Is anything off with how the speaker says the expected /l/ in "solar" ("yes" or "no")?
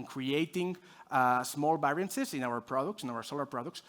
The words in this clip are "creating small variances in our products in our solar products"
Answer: no